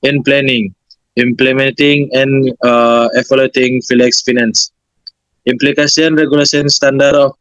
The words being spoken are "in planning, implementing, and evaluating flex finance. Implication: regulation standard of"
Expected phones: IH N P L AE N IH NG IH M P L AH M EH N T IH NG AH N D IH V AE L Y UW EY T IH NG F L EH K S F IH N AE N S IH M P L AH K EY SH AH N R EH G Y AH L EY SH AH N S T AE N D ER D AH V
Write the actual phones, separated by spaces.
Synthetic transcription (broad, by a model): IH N P L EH N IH NG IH M P L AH M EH N T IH NG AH N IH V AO L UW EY T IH NG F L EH K S F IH N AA N S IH M P L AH K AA S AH N R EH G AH L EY S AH N S T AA N D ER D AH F